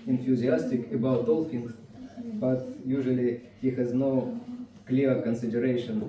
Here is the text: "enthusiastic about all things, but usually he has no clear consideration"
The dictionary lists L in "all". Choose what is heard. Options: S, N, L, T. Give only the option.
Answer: L